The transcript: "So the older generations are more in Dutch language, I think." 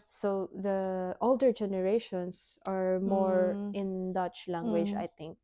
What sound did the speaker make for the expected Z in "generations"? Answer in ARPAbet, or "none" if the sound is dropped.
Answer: S